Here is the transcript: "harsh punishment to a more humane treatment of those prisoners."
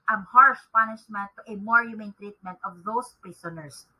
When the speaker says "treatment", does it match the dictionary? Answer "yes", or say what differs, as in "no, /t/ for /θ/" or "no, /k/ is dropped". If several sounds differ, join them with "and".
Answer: yes